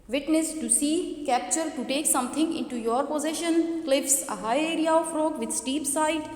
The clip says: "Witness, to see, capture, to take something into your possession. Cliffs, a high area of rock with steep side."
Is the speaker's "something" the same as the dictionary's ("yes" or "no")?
no